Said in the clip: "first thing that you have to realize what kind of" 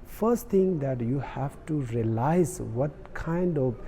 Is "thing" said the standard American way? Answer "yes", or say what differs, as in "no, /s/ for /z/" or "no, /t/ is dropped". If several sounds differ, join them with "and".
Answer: no, /t/ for /θ/